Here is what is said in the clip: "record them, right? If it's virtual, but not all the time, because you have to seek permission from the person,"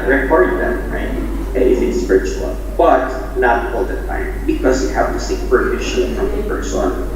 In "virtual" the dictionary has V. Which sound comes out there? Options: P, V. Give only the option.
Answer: P